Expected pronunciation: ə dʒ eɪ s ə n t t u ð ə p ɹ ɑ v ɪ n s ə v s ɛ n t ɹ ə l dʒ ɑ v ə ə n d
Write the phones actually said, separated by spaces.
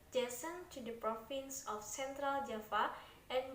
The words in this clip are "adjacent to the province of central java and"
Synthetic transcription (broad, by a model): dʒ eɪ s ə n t t u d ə p ɹ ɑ f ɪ n s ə f s ɛ n t ɹ ə l dʒ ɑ f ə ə n